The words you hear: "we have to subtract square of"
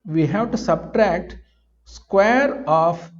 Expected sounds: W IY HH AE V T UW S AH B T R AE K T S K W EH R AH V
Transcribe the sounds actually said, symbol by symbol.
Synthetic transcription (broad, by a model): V IY HH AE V T UW S AH B T R AE K T S K W EH R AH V